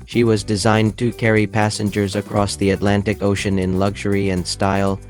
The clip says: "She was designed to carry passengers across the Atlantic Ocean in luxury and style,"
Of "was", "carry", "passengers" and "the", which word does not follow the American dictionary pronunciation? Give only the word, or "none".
none